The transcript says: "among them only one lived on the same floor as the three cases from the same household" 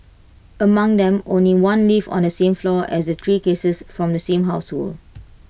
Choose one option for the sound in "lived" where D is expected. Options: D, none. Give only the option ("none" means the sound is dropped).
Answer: none